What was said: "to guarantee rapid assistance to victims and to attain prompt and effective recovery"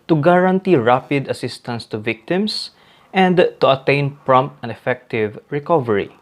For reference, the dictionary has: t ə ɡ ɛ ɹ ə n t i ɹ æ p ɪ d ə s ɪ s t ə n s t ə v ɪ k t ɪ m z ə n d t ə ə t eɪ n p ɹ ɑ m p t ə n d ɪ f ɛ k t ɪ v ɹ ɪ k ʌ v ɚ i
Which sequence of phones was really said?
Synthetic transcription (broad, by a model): t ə ɡ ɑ ɹ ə n t i ɹ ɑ p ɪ d ə s ɪ s t ə n s t ə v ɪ k t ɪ m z ə n d t ə ə t eɪ n p ɹ ɑ m p t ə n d ɪ f ɛ k t ɪ v ɹ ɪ k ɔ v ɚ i